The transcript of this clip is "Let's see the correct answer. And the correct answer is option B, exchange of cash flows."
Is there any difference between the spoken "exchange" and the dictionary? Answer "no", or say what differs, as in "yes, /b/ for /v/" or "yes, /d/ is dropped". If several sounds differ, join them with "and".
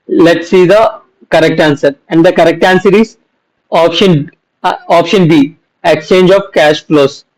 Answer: no